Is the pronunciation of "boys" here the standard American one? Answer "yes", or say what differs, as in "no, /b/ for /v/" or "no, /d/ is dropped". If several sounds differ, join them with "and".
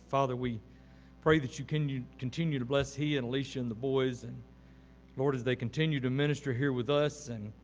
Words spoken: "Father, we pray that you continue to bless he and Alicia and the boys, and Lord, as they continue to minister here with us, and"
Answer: yes